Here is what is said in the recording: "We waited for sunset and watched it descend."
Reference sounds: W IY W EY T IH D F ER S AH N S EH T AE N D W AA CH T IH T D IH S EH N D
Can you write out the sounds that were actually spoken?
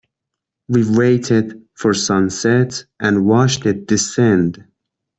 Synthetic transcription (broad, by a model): W IY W EY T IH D F ER S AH N S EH T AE N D W AA SH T IH T D IH S EH N D